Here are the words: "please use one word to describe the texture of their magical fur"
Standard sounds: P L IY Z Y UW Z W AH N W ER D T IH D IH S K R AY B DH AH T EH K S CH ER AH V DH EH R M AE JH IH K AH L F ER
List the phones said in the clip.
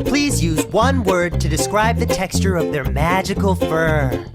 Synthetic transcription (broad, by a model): P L IY Z Y UW Z W AH N W ER D T IH D IH S K R AY B DH AH T EH K S CH ER AH V DH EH R M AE JH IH K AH L F ER